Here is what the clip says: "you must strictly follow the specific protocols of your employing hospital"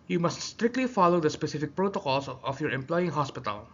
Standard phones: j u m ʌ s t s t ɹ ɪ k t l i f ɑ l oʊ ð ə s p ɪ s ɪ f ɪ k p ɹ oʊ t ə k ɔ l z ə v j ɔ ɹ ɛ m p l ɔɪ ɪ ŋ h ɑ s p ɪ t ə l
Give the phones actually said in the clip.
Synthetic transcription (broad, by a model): j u m ʌ s t s t ɹ ɪ k t l i f ɑ l oʊ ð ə s p ɪ s ɪ f ɪ k p ɹ oʊ t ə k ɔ l s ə f j ɔ ɹ ɛ m p l ɔɪ ɪ ŋ h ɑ s p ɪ t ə l